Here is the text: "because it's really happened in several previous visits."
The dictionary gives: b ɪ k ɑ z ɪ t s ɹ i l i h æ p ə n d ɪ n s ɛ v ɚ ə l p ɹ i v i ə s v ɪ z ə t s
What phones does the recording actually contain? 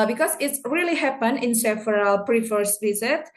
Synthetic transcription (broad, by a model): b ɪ k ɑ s ɪ t s ɹ i l i h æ p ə n ɪ n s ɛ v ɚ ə l p ɹ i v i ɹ s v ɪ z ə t